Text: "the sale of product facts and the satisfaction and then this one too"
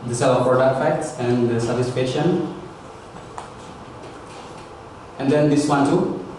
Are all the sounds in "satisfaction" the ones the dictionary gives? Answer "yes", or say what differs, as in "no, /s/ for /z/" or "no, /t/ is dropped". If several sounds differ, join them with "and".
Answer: no, /k/ is dropped